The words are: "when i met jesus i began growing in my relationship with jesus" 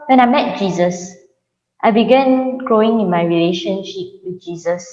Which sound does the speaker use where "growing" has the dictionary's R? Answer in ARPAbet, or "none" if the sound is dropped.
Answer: none